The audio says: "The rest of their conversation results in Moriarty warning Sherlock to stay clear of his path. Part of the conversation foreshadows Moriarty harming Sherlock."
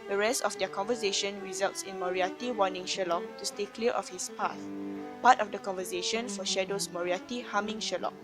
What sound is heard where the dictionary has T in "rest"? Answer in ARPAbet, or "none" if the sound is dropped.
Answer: T